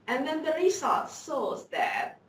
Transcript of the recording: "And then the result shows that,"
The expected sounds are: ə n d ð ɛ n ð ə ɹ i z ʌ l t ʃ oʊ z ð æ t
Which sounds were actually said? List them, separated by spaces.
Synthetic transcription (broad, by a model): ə n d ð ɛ n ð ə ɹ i s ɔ t s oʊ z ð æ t